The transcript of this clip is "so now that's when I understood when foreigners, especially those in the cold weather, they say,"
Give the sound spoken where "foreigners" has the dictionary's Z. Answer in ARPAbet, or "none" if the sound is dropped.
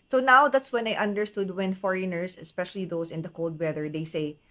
S